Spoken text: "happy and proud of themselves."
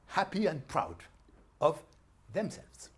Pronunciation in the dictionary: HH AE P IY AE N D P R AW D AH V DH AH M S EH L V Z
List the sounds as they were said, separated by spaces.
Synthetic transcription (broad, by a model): HH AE P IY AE N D P R AW D AH V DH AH M S EH L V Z